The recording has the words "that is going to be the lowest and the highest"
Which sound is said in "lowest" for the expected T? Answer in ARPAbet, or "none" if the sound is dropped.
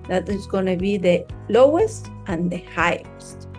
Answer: T